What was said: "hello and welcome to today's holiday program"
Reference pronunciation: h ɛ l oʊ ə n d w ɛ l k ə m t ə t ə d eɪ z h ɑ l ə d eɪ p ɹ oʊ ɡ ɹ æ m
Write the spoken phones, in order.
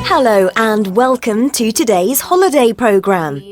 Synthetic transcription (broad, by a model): h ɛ l oʊ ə n w ɛ l k ə m t ə t ə d eɪ z h ɑ l ə d eɪ p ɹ oʊ ɡ ɹ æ m